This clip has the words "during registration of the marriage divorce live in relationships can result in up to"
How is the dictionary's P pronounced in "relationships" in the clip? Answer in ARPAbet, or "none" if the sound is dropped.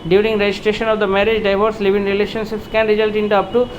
P